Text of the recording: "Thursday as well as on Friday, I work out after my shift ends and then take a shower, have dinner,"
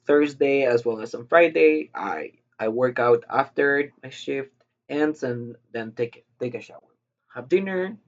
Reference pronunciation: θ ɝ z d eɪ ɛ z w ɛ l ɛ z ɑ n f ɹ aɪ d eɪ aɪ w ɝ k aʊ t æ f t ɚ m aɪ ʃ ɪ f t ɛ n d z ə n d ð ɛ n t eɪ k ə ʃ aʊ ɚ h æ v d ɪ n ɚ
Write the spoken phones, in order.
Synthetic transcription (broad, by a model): θ ɝ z d eɪ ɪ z w ɛ l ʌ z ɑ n f ɹ aɪ d eɪ aɪ w ɝ k aʊ t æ f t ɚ m aɪ ʃ ɪ f t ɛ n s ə n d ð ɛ n t eɪ k ə ʃ aʊ ɚ h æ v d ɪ n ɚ